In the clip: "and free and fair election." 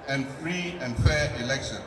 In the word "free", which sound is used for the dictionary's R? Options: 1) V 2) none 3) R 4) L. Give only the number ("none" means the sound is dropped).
3